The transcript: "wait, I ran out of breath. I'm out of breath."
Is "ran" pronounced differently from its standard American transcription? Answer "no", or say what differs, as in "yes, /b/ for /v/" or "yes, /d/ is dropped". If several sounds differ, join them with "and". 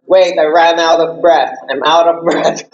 no